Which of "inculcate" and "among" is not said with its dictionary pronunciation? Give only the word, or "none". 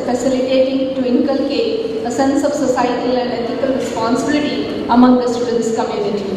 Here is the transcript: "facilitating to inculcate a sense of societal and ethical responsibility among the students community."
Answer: inculcate